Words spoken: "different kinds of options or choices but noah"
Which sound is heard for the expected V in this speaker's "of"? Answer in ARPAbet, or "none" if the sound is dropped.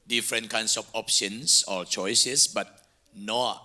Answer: F